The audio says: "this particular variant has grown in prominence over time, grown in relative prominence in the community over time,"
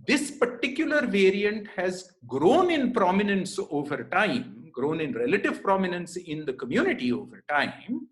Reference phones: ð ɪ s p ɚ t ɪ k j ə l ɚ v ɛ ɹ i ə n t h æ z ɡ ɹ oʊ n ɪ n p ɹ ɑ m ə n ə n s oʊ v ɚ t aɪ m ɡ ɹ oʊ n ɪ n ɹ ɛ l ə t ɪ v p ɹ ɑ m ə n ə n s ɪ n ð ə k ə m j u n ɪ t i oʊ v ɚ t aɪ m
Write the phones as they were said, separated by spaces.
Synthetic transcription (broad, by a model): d ɪ s p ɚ t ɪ k j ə l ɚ v ɛ ɹ i ə n t h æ z ɡ ɹ oʊ n ɪ n p ɹ ɑ m ə n ə n s oʊ v ɚ t aɪ m ɡ ɹ oʊ n ɪ n ɹ ɛ l ə t ɪ v p ɹ ɑ m ə n ə n s ɪ n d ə k ə m j u n ɪ t i oʊ v ɚ t aɪ m